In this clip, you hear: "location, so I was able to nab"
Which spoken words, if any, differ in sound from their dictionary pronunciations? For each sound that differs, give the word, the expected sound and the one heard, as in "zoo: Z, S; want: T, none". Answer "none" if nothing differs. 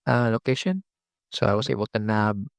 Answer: was: Z, S